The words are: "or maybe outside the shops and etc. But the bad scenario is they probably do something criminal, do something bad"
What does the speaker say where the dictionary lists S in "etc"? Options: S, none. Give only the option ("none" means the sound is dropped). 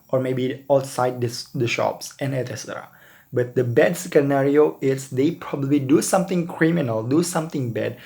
none